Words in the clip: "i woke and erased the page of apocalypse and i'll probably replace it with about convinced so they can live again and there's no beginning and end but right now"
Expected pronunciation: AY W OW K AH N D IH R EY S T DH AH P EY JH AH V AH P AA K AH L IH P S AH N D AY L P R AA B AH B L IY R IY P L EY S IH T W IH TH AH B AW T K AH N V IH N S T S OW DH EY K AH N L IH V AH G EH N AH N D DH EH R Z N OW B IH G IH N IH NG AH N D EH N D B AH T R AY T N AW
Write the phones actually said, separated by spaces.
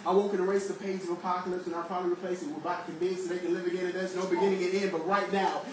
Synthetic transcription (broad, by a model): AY W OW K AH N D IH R EY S DH AH P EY Z AH V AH P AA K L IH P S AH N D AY P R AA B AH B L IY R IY P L EY S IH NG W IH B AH IH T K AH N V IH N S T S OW DH EY K AH N L IH V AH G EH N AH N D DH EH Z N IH B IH G IH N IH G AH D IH N B AH T R AY T N AW